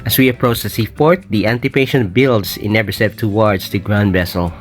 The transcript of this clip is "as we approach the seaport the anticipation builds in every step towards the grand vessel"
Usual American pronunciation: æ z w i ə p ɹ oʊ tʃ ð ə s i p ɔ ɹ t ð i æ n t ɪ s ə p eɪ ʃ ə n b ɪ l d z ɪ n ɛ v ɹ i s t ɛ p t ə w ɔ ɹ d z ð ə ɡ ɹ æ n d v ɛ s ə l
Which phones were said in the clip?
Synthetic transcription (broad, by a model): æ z w i ə p ɹ oʊ tʃ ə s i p ɔ ɹ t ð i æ n t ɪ p eɪ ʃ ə n b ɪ l d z ɪ n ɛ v i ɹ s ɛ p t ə w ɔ ɹ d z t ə ɡ ɹ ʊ n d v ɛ s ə l